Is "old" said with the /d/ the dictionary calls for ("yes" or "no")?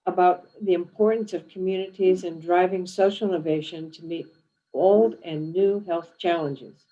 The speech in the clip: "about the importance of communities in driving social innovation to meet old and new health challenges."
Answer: yes